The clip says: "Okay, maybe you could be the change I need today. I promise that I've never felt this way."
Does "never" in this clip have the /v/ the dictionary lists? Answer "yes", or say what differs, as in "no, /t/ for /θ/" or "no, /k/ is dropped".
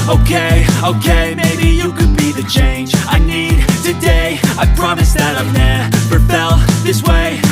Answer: no, /p/ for /v/